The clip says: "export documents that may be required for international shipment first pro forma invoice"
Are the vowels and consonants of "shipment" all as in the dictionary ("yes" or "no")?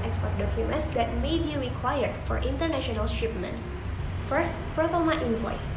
yes